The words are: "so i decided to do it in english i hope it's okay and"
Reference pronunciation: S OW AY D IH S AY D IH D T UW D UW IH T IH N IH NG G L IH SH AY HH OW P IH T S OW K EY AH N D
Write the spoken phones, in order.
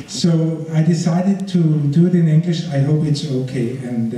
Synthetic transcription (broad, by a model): S OW AY D IH S AY D IH D T UW D UW IH T IH N IH NG G L IH SH AY HH OW P IH T S OW K EY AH N